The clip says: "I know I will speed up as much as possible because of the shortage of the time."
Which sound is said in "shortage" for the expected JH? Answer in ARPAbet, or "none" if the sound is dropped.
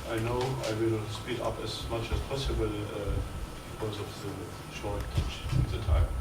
CH